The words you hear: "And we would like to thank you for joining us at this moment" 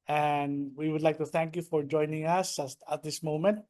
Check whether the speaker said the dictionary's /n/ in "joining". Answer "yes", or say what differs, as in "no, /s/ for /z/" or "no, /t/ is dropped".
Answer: yes